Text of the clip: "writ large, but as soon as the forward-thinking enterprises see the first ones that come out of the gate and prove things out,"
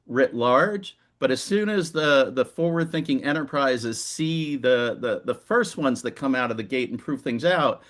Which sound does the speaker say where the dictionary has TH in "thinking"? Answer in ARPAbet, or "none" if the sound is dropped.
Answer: TH